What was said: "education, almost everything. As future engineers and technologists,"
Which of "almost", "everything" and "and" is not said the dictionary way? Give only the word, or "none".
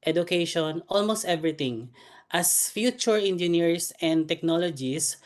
everything